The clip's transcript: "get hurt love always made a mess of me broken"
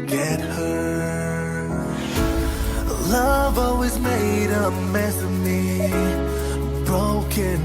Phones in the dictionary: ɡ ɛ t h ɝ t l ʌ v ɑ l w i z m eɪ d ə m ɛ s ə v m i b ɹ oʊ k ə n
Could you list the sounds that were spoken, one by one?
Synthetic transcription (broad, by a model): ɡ ɛ t h ɝ l ʌ v ɑ l w i z m eɪ d ə m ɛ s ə m i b ɹ oʊ k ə n